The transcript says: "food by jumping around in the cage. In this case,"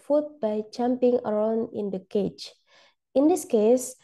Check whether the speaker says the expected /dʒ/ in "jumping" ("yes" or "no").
no